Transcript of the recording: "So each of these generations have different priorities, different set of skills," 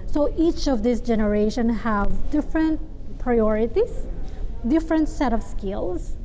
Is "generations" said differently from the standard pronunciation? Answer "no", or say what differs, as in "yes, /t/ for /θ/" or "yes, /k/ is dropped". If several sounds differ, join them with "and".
yes, /z/ is dropped